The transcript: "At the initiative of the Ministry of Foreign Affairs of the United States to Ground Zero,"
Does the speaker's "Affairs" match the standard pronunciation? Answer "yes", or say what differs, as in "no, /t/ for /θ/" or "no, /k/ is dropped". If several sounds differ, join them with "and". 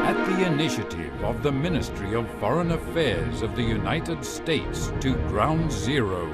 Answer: yes